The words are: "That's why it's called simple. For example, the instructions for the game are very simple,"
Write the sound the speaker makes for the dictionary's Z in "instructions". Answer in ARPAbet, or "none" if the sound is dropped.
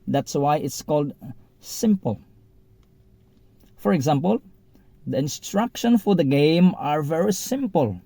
none